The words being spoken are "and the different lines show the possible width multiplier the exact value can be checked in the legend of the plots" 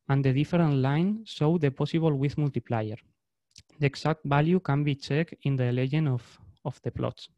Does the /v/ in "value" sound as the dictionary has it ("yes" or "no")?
no